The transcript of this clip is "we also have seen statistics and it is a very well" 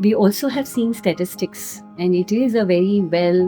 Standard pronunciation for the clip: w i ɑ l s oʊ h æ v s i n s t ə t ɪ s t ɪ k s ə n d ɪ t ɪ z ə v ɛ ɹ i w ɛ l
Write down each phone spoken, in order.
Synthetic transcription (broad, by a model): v i ɑ l s oʊ h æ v s i n s t ə t ɪ s t ɪ k s ə n d ɪ t ɪ z ə v ɛ ɹ i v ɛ l